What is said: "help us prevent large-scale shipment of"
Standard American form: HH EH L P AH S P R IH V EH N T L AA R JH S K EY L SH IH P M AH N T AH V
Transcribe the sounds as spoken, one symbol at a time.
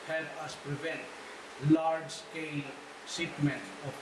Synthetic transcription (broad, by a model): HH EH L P AH S P R IH V EH N T L AA R JH S K EY L S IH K M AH N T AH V